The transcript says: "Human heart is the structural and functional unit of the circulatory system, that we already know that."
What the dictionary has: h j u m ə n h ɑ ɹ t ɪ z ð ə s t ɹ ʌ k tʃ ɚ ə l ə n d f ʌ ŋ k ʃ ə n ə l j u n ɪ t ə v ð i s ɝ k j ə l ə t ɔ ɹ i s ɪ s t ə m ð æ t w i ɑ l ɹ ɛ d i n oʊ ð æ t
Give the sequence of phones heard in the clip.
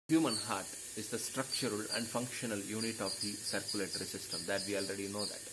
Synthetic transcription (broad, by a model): h j u m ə n h ɑ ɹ t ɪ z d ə s t ɹ ʌ k tʃ ɚ ə l ə n d f ʌ ŋ k ʃ ə n ə l j u n ɪ t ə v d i s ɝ k j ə l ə t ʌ ɹ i s ɪ s t ə m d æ t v i ɑ l ɹ ɛ d i n oʊ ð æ t